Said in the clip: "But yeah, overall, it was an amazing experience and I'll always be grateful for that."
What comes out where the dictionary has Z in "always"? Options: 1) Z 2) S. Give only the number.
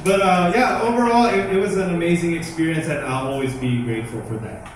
1